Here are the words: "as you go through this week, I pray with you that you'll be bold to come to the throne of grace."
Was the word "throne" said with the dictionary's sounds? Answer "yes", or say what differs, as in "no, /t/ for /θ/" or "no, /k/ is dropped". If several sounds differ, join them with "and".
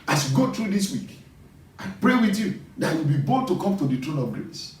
no, /t/ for /θ/